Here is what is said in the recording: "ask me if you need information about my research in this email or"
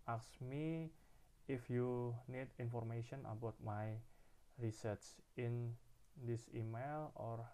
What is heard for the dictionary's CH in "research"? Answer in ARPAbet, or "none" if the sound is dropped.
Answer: S